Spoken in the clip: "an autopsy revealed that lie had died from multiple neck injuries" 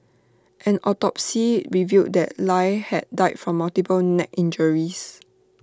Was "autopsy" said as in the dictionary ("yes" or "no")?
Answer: yes